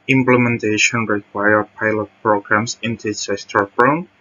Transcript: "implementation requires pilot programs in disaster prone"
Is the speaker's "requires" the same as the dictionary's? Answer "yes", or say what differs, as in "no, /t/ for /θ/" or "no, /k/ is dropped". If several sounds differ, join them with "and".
no, /z/ is dropped